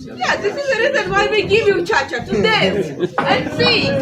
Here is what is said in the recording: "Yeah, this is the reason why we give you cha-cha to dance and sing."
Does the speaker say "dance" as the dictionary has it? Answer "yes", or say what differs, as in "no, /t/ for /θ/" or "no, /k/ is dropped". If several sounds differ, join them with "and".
no, /n/ is dropped